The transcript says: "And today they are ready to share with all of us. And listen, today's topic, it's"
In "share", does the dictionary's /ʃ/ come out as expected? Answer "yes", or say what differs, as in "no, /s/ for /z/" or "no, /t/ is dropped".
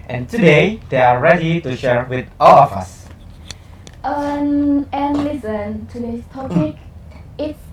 yes